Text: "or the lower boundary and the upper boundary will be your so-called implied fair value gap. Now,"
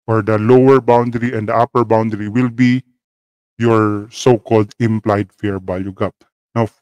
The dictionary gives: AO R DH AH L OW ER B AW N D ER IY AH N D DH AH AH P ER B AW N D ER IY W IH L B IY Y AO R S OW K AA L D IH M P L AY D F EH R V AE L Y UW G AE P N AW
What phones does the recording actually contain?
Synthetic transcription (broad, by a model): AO R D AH L OW ER B AW N D ER IY AH N D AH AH P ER B AW N D ER IY W IH L B IY Y AO R S OW K AA L D IH M P L AY D F EH R B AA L Y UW G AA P N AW